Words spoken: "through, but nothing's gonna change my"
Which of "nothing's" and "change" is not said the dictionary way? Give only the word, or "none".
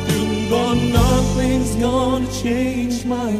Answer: none